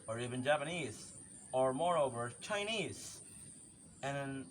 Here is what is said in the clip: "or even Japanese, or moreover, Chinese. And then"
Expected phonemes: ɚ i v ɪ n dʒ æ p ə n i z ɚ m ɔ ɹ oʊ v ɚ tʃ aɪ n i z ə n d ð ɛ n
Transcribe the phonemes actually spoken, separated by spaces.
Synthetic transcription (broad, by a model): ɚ i v ɪ n dʒ æ p ə n i z ɚ m ɔ ɹ oʊ v ɚ tʃ aɪ n i z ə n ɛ n